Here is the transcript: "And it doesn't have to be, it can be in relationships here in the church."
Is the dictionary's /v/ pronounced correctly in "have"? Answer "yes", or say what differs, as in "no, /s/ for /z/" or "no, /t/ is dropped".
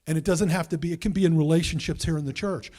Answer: no, /f/ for /v/